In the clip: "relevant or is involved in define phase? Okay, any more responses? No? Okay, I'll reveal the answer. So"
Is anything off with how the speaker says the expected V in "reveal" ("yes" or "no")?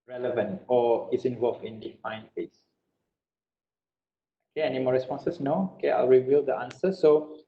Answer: no